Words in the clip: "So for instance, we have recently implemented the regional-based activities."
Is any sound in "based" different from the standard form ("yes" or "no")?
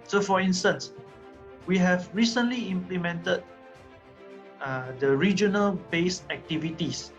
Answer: yes